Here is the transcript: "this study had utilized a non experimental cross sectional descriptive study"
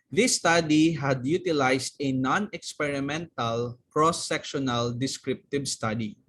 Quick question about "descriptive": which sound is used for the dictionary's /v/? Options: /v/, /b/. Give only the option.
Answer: /b/